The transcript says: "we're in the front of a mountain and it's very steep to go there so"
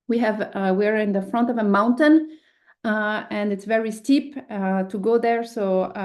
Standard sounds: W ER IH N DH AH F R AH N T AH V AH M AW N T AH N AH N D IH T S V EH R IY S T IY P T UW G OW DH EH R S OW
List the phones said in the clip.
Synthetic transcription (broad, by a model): W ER IH N DH AH F R AH N T AH V AH M AW N T AH N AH N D IH T S V EH R IY S T IY P T UW G OW DH EH R S OW